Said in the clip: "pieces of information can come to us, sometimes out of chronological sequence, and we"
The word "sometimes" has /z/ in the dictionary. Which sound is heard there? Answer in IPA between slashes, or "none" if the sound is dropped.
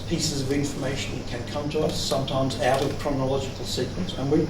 /z/